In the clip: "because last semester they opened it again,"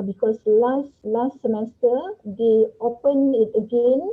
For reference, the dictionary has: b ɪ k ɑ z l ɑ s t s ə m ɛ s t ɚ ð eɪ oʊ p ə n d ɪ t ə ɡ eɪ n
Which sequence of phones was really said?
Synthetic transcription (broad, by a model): b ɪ k ɑ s l ɑ s t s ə m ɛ s t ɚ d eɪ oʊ p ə n ɪ t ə ɡ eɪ n